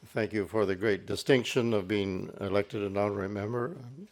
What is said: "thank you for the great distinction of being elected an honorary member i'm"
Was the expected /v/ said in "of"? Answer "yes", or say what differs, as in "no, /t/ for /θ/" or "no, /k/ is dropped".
yes